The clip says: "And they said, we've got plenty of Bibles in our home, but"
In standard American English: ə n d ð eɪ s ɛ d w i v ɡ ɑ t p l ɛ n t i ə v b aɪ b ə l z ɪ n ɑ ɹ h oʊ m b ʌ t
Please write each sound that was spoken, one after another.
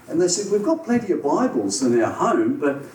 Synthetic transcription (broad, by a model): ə n ð eɪ s ɛ d w i v ɡ ɑ t p l ɛ n t i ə b aɪ b ə l z ɪ n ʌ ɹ h oʊ m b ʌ t